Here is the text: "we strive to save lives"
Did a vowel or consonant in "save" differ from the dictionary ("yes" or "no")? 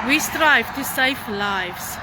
yes